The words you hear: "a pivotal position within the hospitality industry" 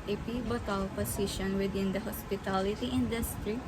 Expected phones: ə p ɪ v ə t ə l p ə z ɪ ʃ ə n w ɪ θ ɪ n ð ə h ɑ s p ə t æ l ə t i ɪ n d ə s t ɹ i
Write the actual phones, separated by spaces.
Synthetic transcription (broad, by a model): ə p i b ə t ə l p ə s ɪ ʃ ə n w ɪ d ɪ n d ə h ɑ s p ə t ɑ l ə t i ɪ n d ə s t ɹ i